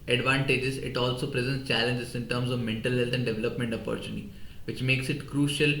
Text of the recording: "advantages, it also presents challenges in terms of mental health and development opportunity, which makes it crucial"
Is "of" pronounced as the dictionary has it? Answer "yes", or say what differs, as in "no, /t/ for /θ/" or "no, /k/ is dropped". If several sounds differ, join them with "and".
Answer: yes